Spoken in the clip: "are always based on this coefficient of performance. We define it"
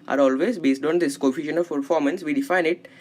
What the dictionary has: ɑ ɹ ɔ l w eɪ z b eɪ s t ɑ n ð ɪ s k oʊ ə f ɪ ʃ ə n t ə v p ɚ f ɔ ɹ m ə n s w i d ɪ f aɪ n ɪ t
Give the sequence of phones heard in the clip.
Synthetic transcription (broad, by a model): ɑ ɹ ɔ l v eɪ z b eɪ s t ɑ n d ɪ s k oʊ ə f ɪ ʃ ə n ə v p ɚ f ɔ ɹ m ə n s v i d ɪ f aɪ n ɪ t